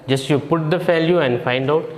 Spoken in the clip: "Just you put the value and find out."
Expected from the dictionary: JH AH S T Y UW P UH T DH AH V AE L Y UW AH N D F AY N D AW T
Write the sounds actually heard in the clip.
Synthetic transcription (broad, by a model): JH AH S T Y UW P UH T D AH F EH L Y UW AH N D F AY N D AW T